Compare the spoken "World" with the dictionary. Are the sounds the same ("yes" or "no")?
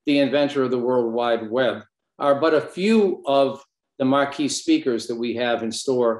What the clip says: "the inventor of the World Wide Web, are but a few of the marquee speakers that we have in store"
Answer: yes